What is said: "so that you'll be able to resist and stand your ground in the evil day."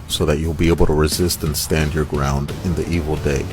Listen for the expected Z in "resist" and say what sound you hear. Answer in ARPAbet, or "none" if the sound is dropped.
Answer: Z